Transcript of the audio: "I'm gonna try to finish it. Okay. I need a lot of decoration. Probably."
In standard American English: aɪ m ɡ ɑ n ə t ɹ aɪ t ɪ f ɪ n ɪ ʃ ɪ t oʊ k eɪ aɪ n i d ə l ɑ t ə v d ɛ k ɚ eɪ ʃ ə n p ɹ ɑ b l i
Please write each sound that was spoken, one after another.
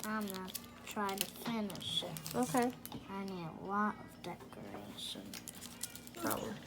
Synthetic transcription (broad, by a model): aɪ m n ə t ɹ aɪ t ɪ p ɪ n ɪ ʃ ɪ t oʊ k eɪ aɪ n i d ə l ɑ t ə v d ɛ k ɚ eɪ ʃ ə n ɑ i